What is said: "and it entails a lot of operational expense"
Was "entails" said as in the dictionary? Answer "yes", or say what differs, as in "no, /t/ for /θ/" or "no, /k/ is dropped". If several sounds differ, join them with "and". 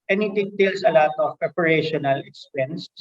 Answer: no, /n/ is dropped and /s/ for /z/